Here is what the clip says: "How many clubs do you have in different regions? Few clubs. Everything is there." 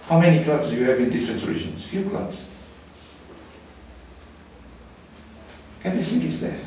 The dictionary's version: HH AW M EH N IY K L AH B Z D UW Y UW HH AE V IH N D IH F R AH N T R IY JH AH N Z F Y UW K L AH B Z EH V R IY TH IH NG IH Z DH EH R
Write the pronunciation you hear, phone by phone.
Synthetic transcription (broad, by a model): HH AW M EH N IY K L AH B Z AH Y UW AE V IH N D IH F R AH N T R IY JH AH N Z F Y UW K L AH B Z EH V R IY S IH NG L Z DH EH